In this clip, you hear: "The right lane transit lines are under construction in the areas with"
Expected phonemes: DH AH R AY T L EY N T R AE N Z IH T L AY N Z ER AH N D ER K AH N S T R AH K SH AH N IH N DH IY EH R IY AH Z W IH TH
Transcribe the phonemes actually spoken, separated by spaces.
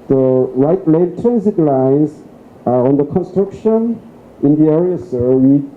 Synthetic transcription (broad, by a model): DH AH R AY T L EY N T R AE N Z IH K L AY N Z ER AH N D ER K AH N S T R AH K SH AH N IH N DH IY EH R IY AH S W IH